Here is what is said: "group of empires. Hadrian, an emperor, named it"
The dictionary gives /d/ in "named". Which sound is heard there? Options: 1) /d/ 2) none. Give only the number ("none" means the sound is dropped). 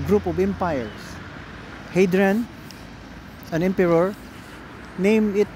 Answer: 2